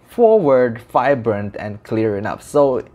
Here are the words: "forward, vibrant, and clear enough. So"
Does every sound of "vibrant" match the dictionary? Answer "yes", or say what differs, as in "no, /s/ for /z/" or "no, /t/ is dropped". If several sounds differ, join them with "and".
no, /f/ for /v/